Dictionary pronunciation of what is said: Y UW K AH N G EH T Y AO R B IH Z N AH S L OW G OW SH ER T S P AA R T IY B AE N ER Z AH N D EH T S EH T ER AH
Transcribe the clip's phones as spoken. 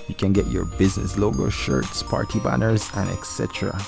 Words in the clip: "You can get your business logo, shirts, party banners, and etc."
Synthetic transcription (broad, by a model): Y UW K AH N G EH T Y AO R B IH Z N AH S L OW G OW SH ER T S P AA R T IY B AE N ER Z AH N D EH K S EH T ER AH